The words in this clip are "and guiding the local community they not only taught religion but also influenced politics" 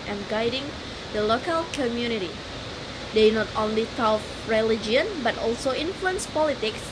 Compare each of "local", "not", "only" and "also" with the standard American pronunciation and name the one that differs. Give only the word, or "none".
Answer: none